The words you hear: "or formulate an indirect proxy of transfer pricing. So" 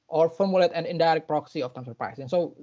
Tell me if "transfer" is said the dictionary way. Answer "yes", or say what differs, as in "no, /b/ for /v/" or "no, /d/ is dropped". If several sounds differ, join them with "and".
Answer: no, /ɹ/ is dropped and /f/ is dropped